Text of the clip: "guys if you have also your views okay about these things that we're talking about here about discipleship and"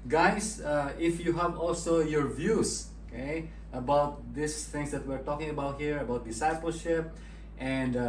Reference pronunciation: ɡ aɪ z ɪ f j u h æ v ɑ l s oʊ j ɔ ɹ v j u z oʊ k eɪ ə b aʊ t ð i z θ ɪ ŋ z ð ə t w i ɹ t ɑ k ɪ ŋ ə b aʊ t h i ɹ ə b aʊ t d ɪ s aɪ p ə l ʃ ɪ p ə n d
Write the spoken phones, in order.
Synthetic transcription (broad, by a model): ɡ aɪ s ɪ f j u h æ v ɑ l s oʊ j ɔ ɹ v j u s oʊ k eɪ ə b aʊ t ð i s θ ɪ ŋ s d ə t w i ɹ t ɑ k ɪ ŋ ə b aʊ t h i ɹ ə b aʊ t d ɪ s aɪ p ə l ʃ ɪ p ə n d